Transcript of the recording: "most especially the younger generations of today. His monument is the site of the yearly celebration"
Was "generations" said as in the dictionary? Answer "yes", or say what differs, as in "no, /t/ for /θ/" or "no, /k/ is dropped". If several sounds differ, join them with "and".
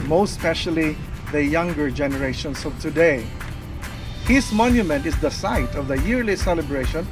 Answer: no, /s/ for /z/